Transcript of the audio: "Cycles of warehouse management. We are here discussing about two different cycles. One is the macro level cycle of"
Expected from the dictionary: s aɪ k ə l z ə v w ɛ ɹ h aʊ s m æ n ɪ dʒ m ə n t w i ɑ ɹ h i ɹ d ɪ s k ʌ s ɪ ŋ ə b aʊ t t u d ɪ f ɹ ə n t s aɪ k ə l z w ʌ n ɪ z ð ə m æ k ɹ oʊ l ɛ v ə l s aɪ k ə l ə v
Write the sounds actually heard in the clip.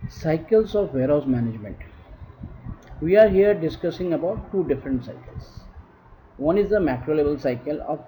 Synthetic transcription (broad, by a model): s aɪ k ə l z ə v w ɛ ɹ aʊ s m æ n ɪ dʒ m ə n t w i ɑ ɹ h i ɹ d ɪ s k ʌ s ɪ ŋ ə b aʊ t t u d ɪ f ɹ ə n t s aɪ k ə l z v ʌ n ɪ z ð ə m æ k ɹ oʊ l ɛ b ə l s aɪ k ə l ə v